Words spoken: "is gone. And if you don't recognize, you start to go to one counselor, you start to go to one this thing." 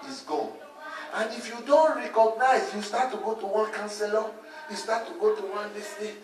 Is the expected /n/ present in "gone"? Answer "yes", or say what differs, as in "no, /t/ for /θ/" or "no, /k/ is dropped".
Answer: no, /n/ is dropped